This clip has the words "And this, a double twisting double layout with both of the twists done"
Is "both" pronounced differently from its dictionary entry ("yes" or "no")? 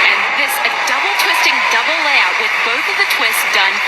no